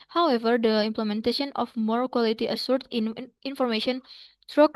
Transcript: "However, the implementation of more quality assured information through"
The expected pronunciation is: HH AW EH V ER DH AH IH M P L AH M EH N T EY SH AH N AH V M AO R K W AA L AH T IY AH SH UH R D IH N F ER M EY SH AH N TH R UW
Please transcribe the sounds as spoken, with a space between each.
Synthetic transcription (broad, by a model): HH AW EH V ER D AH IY M P L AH M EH N T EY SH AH N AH F M AO R K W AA L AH T IY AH S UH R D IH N F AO M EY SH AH N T R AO